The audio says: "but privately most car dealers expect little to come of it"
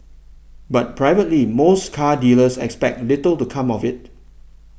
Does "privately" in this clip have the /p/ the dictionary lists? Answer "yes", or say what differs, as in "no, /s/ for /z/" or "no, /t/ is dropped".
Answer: yes